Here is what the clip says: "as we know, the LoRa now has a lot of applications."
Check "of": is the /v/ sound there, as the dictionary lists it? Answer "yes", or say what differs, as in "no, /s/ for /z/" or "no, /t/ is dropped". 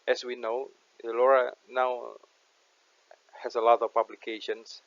no, /p/ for /v/